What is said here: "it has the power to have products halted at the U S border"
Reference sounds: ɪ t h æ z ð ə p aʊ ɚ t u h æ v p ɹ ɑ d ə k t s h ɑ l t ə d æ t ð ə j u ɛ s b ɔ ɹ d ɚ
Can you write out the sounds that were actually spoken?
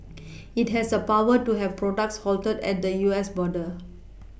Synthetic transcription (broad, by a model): ɪ t h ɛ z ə p aʊ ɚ t u h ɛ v p ɹ ɑ d ə k t s h ɑ l t ə d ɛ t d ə j u ɛ s b ɔ d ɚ